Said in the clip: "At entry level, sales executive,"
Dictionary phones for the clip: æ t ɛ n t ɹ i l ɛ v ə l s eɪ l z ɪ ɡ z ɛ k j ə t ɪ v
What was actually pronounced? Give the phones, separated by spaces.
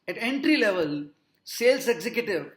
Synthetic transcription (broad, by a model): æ t ɛ n t ɹ i l ɛ v ə l s eɪ l s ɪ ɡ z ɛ k j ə t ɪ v